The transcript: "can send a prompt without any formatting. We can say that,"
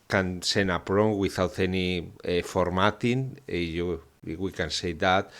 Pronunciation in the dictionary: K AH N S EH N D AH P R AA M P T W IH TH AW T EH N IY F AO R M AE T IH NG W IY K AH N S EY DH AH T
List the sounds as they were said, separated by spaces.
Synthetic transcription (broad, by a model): K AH N S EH N AH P R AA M W IH TH AW T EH N IY F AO R M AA T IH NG W IY K AH N S EY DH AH T